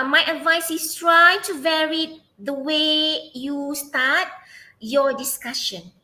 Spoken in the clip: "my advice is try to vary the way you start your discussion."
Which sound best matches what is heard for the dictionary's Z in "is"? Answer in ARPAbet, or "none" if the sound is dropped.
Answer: S